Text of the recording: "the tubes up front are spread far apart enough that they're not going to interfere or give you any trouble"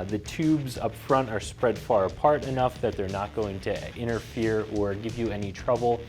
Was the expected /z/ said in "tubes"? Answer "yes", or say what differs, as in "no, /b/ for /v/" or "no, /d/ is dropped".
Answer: yes